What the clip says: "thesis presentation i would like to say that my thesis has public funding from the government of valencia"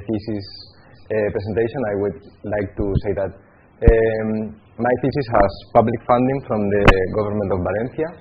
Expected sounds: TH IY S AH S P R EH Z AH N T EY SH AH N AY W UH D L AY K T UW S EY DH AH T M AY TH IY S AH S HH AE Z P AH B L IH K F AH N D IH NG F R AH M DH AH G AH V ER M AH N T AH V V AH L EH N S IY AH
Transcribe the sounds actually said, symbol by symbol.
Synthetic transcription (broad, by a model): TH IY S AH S P R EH S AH N T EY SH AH N AY W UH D L AY K T UW S EY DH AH T M AY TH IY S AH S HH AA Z P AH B L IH K F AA N D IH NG F R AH M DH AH G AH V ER M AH N T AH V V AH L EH N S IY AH